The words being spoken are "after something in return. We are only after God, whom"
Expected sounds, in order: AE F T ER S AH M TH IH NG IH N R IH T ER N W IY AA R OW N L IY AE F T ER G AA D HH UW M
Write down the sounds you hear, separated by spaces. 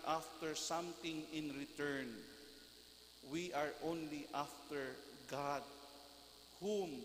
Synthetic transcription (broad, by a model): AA F T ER S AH M T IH NG IH N R IH T ER N W IY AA R OW N L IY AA F T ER G AA D HH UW M